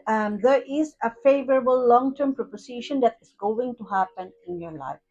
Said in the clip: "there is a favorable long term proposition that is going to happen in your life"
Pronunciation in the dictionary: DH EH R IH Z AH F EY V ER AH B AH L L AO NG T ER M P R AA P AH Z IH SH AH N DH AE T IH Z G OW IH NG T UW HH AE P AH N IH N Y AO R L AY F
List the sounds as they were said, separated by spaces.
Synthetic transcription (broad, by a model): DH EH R IH Z AH F EY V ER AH B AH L L AO NG T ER M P R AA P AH S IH SH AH N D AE T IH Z G OW IH NG T UW HH AE P AH N IH N Y AO R L AY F